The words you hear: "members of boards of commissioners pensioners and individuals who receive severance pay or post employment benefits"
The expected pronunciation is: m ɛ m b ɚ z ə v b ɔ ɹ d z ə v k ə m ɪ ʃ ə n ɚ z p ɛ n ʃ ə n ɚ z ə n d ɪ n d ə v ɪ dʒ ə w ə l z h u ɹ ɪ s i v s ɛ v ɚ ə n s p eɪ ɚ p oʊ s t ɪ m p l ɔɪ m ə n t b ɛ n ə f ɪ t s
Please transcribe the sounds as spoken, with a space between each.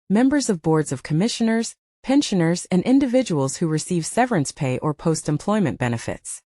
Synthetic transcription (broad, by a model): m ɛ m b ɚ z ə v b ɔ ɹ d z ə v k ə m ɪ ʃ ə n ɚ z p ɛ n ʃ ə n ɚ z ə n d ɪ n d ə v ɪ dʒ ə w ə l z h u ɹ ɪ s i v s ɛ v ɚ ə n s p eɪ ɚ p oʊ s t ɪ m p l ɔɪ m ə n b ɛ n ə f ɪ t s